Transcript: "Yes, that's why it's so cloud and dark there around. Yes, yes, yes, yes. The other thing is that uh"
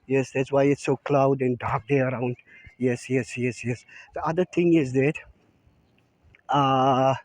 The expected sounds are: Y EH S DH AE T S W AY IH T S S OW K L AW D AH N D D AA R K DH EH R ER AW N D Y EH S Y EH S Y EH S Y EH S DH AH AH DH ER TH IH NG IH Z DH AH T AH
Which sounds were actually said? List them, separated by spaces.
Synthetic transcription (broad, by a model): Y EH S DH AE T S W AY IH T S S OW K L AW D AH N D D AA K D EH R ER AW N D Y EH S Y EH S Y EH S Y EH S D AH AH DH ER T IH NG IH Z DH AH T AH